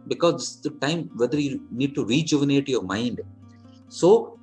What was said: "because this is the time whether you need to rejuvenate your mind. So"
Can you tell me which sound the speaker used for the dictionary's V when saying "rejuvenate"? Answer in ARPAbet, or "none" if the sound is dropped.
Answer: V